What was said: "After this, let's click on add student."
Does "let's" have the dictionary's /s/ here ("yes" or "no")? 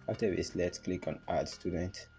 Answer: yes